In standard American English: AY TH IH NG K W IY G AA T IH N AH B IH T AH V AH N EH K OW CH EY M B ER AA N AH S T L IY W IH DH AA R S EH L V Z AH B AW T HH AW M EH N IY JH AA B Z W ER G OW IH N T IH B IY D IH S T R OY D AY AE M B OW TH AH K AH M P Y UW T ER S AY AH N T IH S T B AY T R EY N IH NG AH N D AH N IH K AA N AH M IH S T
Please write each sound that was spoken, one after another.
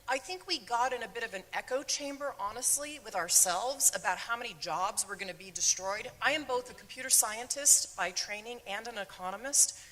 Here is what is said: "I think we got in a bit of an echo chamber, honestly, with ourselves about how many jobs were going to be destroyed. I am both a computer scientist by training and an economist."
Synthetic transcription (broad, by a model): AY TH IH NG K W IY G AA T IH N AH B IH T AH V AH N EH K OW CH EY M B ER AA N AH S T L IY W IH DH AA R S EH L V Z AH B AW T HH AW M EH N IY JH AA B Z W ER G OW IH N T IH B IY D IH S T R OY D AY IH M B OW TH AH K M P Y UW T ER S AY AH N T IH S T B AY T R EY N IH NG AH N D AH N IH K AA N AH M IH S T